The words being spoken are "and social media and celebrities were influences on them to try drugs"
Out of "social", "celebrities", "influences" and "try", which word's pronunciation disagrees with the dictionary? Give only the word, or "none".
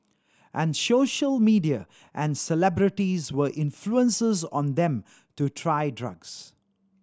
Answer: none